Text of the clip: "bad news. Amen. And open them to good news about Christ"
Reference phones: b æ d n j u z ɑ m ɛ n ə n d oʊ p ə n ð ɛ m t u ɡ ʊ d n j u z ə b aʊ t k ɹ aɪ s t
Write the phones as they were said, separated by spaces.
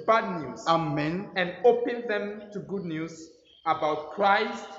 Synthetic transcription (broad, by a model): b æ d n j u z ɑ m ɛ n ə n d oʊ p ə n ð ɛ m t u ɡ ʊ d n j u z ə b aʊ t k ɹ aɪ s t